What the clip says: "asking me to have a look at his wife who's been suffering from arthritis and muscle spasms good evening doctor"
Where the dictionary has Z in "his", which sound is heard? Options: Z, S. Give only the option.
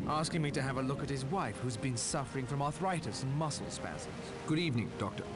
Z